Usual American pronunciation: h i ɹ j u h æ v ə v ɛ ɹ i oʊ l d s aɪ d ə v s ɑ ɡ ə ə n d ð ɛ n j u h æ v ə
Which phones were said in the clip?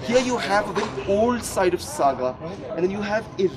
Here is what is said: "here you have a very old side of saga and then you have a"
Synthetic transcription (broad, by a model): h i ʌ j u h æ v ə b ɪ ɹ oʊ l d s aɪ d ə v s ɑ ɡ ə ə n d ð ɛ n j u h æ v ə